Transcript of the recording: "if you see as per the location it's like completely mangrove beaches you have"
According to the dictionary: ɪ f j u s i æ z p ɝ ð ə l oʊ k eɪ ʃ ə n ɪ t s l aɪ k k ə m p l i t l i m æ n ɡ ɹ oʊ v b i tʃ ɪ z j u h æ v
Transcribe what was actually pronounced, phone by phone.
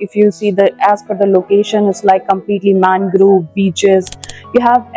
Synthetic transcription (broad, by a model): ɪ f j u s i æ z f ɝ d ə l oʊ k eɪ ʃ ə n ɪ t s l aɪ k k ə m p l i t l i m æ n ɡ ɹ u b i tʃ ɪ z j u h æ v